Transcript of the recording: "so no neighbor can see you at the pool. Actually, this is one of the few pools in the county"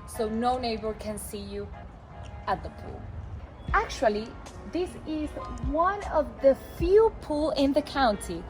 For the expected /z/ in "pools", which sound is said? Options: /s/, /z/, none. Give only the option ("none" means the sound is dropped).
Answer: none